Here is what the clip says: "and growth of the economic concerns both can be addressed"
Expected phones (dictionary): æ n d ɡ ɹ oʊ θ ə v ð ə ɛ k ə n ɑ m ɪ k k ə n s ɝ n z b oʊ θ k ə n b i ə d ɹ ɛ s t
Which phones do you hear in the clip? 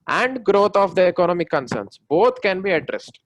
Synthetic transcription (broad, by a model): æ n d ɡ ɹ oʊ t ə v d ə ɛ k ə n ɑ m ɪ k k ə n s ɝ n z b oʊ t k ə n b i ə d ɹ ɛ s t